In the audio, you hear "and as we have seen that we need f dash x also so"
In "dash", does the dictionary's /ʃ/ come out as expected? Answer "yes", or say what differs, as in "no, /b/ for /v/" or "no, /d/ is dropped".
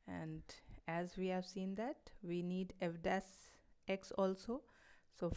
no, /s/ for /ʃ/